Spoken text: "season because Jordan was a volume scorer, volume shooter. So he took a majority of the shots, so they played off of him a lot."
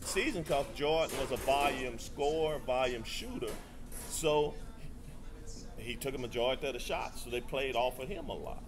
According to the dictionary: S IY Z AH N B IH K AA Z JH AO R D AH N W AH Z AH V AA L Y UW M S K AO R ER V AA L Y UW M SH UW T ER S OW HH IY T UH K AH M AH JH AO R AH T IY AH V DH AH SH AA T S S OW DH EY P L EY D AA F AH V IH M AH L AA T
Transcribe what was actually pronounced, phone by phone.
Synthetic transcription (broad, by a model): S IY Z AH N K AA S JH AO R N W AH Z AH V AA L Y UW M S K AO R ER V AA L Y UW M SH UW T ER S OW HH IY T UH K AH M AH JH AO AH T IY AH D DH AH SH AA T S S OW DH EY P L EY D AA F AH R IH M AH L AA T